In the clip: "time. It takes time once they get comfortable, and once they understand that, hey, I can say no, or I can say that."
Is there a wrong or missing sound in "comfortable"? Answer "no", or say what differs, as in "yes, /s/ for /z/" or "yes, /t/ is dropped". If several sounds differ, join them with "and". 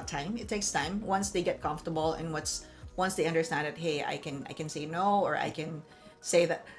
yes, /n/ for /l/